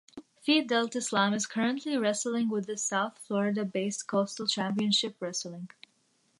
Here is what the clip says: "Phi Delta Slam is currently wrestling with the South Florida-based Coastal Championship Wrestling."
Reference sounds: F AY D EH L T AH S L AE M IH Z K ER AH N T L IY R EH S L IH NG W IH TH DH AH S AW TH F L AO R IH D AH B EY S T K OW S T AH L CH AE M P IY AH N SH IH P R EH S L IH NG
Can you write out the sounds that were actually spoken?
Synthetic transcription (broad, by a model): F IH D EH L T AH S L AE M IH Z K ER AH N T L IY R EH S L IH NG W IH DH AH S AW TH F L AO R IH D AH B EY S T K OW S T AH L CH AE M P IY AH N SH IH P R EH S L IH NG